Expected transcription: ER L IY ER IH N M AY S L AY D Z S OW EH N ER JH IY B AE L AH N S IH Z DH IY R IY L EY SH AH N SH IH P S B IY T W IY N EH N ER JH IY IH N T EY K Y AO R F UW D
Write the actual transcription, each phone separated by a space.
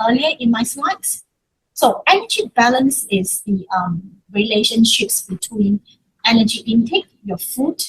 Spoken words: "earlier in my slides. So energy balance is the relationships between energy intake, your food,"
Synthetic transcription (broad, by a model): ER L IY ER IH N M AY S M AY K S S OW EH N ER JH IY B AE L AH N S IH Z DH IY R IY L EY SH AH N SH IH P S B IY T W IY N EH N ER JH IY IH N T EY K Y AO F UW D